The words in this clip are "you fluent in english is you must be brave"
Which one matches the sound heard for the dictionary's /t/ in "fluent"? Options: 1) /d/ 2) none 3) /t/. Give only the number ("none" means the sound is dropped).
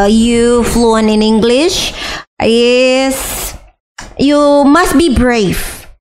2